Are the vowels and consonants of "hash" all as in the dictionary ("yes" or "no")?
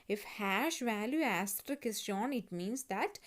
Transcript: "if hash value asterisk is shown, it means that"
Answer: yes